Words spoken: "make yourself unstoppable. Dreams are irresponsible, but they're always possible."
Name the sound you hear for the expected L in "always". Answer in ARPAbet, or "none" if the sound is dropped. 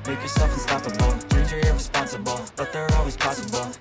L